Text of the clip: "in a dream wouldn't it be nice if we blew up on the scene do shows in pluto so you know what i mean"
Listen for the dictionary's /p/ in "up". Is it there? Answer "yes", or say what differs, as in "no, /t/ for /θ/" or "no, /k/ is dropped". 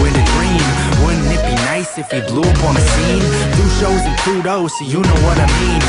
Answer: yes